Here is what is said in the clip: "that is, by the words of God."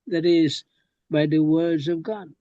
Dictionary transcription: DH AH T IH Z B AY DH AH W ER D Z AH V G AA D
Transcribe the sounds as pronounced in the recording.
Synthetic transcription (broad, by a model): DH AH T IH Z B AY DH AH W ER D Z AH V G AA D